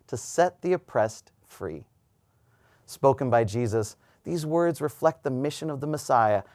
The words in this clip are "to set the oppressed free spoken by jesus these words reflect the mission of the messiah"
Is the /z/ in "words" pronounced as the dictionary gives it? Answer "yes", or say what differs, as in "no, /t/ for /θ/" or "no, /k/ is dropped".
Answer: yes